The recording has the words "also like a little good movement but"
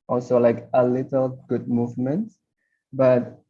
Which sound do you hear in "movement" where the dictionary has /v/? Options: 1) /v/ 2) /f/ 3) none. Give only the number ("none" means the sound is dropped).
1